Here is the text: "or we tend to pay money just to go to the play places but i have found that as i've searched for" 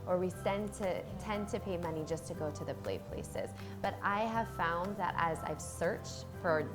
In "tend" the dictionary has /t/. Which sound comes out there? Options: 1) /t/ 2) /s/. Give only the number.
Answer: 2